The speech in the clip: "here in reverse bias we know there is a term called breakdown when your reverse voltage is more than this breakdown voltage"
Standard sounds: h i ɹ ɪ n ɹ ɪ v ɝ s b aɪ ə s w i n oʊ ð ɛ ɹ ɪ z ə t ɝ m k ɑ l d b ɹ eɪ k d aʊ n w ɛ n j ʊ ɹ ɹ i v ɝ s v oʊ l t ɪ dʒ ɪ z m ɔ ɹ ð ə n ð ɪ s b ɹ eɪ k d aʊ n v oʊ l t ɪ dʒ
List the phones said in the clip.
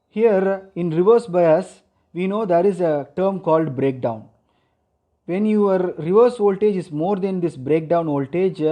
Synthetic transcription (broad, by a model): h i ɹ ɪ n ɹ ɪ v ɝ s b aɪ ə s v i n oʊ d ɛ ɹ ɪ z ə t ɝ m k ɑ l d b ɹ eɪ k d aʊ n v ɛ n j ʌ ɹ ɹ i v ɝ s oʊ l t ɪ dʒ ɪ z m ɔ ɹ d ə n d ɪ s b ɹ eɪ k d aʊ n oʊ l t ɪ dʒ